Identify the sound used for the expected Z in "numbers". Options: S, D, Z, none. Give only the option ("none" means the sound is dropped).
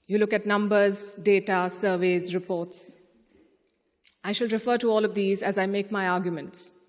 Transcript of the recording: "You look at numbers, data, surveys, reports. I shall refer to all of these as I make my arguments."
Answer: Z